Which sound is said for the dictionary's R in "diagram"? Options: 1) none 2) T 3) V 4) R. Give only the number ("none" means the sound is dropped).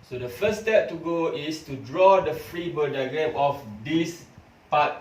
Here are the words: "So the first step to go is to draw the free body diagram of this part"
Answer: 1